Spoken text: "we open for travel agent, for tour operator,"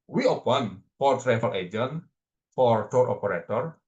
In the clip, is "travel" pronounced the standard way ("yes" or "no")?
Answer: no